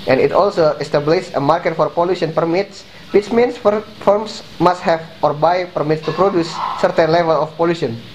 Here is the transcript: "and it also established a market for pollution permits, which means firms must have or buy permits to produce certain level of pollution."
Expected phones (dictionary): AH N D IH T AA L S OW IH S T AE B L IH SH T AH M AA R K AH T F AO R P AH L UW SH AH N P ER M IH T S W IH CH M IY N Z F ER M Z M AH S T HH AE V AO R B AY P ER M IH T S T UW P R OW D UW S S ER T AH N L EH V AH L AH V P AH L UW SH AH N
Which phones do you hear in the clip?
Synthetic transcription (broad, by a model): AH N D IH T AA L S OW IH S T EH B L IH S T AH M AA R K AH T F AO R P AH L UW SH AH N P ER M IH T S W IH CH M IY N S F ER M S M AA S T HH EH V AO R B AY P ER M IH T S T UW P R OW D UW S S ER T AH N L EH V AH L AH F P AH L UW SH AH N